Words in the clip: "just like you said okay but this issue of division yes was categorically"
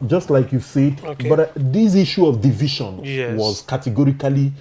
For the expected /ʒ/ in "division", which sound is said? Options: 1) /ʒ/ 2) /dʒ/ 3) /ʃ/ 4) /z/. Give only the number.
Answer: 3